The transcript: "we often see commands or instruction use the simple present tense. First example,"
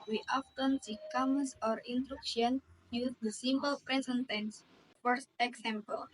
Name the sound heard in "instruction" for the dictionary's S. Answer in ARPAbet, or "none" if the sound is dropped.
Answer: none